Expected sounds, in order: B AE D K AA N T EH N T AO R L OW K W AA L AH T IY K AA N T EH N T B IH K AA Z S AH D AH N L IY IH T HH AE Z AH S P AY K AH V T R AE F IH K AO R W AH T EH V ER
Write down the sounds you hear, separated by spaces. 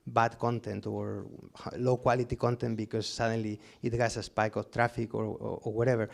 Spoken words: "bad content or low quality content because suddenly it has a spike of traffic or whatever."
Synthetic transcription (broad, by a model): B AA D K AA N T EH N T AO R L OW K W AA L AH T IY K AA N T EH N T B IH K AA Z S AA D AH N L IY IH T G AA S AH S P AY K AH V T R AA F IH K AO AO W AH T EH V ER